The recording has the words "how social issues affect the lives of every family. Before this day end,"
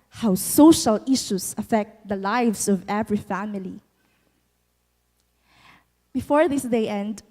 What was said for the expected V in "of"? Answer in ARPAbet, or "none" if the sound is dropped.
V